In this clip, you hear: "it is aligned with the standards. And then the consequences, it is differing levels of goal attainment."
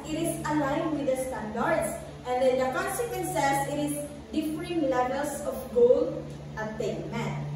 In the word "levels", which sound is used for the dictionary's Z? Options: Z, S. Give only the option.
S